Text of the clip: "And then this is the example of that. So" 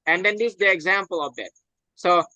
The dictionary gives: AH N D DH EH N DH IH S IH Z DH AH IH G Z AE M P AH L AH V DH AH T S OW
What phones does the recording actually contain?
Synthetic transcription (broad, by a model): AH N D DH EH N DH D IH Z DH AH IH G Z AE M P AH L AH V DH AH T S OW